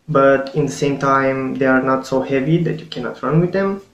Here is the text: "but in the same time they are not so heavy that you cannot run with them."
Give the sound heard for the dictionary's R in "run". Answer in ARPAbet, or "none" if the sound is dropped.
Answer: R